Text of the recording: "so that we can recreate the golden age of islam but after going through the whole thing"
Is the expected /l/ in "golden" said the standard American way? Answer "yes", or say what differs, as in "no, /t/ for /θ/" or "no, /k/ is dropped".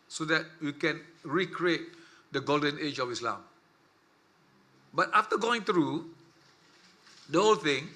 yes